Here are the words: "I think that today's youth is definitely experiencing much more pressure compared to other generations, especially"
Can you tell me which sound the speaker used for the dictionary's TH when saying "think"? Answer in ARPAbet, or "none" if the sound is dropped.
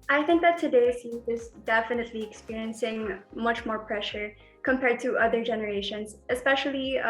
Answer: TH